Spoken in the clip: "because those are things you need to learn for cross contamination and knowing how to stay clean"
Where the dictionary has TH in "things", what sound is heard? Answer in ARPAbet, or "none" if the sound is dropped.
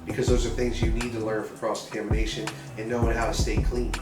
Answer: TH